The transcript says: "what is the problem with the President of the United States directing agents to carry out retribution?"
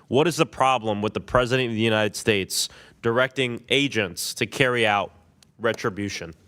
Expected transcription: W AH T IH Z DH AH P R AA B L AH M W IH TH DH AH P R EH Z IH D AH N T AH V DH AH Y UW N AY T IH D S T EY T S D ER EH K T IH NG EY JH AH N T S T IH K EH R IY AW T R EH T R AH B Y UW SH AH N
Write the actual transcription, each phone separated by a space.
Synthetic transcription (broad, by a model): W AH T IH Z DH AH P R AA B L AH M W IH DH AH P R EH Z IH D AH N T AH V DH AH Y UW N AY T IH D S T EY T S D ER EH K T IH NG EY JH AH N T S T IH K EH R IY AW T R EH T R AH B Y UW SH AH N